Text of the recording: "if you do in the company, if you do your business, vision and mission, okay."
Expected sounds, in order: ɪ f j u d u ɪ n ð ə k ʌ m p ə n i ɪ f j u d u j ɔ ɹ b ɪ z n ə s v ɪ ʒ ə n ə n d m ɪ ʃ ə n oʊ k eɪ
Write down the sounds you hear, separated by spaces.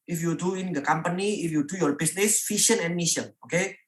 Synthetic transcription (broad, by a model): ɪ f j u d u ɪ n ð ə k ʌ m p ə n i ɪ f j u d u j ɔ ɹ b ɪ s n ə s f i ʃ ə n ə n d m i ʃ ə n oʊ k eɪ